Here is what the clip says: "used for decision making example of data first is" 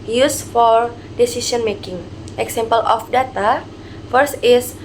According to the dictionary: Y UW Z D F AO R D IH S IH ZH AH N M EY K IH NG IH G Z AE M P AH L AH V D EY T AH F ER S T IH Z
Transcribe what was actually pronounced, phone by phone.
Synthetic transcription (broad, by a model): Y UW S F AO R D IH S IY S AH N M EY K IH NG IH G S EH M P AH L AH F D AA T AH F ER S T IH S